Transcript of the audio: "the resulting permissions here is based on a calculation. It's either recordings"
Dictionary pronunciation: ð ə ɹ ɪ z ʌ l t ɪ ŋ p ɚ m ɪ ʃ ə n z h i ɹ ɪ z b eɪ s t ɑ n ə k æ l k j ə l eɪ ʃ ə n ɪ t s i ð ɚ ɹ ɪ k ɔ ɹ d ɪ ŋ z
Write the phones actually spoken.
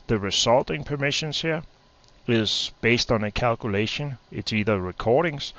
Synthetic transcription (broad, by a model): ð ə ɹ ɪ s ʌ l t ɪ ŋ p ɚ m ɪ ʃ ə n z h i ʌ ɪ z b eɪ s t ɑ n ə k æ l k j ə l eɪ ʃ ə n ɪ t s i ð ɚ ɹ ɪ k ɔ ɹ d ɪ ŋ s